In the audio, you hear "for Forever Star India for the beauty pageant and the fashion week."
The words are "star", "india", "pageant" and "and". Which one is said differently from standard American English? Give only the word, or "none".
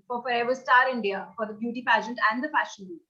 none